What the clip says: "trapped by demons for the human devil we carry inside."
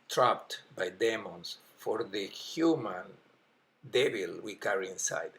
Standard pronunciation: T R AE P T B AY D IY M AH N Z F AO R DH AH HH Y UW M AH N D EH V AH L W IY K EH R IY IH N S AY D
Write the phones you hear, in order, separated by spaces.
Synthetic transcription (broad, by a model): T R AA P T B AY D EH M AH N S F AO R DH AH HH Y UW M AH N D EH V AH L W IY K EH R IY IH N S AY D